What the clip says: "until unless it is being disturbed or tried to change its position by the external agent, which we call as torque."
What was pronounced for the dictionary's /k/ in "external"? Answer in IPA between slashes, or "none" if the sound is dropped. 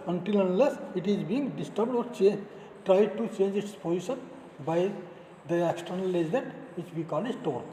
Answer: /k/